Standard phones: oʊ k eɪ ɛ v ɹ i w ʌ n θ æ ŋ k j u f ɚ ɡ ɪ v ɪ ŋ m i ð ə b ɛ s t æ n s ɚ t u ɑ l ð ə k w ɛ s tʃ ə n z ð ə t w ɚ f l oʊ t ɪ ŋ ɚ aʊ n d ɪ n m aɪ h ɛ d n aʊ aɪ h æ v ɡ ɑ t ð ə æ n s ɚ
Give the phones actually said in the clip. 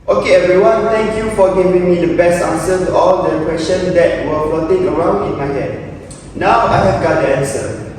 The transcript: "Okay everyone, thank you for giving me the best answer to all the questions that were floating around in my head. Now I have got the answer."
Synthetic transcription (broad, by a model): oʊ k eɪ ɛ v ɹ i w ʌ n t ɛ ŋ k j u f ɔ ɡ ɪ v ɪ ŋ m i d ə b ɛ s t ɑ n s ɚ t u ɑ l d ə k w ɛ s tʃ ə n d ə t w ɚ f oʊ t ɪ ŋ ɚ aʊ n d ɪ n m aɪ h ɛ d n aʊ aɪ h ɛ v ɡ ɑ t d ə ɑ n s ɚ